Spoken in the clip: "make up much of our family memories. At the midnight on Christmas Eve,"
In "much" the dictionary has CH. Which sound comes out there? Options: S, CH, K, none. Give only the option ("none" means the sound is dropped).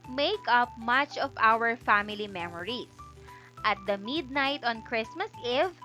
CH